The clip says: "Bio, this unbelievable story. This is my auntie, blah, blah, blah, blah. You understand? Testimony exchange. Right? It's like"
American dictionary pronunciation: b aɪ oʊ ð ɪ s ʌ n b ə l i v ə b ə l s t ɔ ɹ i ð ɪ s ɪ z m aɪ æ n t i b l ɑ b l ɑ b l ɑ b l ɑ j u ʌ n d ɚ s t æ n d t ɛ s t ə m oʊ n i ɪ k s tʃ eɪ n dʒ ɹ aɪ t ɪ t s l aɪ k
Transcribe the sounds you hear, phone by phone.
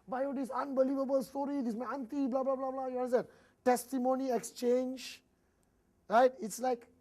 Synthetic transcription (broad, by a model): b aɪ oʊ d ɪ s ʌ n b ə l i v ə b ə l s t ɔ ɹ i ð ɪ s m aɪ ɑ n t i b l ɑ b l ɑ b l ɑ b l ɑ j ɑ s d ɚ t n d t ɛ s t ə m oʊ n i ɪ k s tʃ eɪ n dʒ ɹ aɪ t ɪ t s l aɪ k